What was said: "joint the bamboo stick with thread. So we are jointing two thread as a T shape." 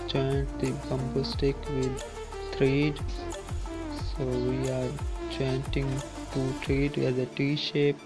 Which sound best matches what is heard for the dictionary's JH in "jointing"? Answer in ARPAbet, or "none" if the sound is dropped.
CH